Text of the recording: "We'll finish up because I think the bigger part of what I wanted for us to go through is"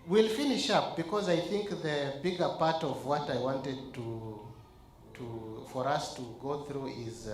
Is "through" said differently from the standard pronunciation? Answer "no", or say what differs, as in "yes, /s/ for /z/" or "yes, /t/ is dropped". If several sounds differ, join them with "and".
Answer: no